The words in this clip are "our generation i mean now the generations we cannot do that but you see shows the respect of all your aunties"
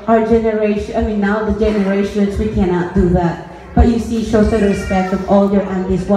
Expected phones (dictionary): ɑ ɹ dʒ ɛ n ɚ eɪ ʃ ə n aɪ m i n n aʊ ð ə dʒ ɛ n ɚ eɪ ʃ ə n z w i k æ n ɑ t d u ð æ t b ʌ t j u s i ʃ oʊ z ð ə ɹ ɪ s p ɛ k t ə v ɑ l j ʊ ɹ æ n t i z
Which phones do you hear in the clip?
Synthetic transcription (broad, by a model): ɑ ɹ dʒ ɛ n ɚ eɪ ə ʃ aɪ m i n n aʊ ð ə dʒ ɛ n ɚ eɪ ʃ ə n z w i k æ n ɑ t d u ð æ t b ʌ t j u s i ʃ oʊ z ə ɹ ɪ s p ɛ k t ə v ɑ l j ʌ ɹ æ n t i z